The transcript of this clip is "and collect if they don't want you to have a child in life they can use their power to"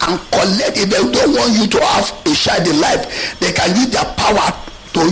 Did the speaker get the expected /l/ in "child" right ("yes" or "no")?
no